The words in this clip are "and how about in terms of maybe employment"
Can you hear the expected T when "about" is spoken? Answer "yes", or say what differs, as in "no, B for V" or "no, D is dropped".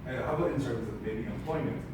no, T is dropped